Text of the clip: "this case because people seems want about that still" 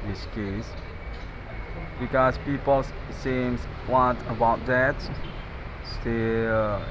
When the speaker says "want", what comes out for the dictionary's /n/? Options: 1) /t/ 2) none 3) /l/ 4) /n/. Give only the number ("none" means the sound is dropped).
2